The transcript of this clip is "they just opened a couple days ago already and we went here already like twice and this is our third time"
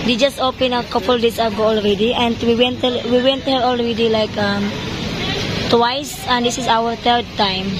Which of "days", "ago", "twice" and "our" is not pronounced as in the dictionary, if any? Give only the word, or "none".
days